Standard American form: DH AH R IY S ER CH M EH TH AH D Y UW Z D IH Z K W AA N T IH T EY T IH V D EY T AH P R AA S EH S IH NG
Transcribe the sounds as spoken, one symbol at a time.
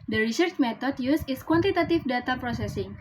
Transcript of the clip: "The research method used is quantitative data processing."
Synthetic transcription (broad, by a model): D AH R IY S ER CH M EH T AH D Y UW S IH S K W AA N T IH T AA T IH F D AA T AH P R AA S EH S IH NG